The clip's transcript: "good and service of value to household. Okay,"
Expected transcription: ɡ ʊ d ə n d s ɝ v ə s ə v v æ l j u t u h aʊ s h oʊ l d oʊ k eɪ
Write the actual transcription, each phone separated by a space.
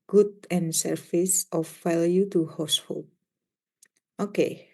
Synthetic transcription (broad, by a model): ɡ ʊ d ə n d s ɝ f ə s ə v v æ l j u t u h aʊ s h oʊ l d oʊ k eɪ